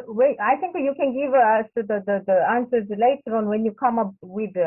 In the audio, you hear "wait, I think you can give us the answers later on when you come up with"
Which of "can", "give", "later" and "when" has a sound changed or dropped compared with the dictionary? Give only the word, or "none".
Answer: none